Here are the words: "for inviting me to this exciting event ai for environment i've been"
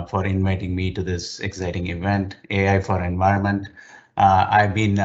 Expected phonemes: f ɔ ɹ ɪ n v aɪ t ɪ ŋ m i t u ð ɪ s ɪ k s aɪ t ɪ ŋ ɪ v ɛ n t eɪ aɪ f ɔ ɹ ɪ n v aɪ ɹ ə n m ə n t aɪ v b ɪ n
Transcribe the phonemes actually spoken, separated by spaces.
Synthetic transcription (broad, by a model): f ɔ ɹ ɪ n v aɪ t ɪ ŋ m i t u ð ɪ s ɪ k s aɪ t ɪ ŋ ɪ v ɛ n t eɪ aɪ f ɔ ɹ ɪ n v aɪ ɹ ə n m ə n t aɪ v b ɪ n